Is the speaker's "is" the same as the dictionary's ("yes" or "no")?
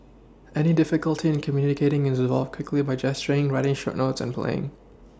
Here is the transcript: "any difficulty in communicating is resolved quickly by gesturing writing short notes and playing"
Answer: yes